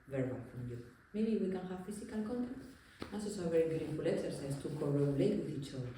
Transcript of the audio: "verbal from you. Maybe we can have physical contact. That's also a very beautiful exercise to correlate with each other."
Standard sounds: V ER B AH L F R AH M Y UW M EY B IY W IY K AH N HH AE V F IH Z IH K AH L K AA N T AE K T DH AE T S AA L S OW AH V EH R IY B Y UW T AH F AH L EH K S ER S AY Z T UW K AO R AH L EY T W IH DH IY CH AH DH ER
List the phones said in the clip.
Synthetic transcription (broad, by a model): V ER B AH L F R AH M Y UW M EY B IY W IY K AH N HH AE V F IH S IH K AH L K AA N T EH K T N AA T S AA S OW AH V EH R IY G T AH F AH L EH K S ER S AY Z T UW K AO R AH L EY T W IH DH IY CH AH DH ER